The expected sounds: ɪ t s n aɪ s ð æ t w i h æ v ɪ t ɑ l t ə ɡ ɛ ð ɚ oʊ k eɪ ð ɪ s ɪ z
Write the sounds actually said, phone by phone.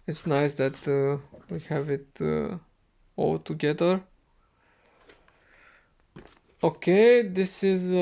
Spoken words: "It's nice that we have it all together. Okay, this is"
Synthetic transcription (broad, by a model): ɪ t s n aɪ s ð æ t w i h æ v ɪ t ɑ l t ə ɡ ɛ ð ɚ oʊ k eɪ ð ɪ s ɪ z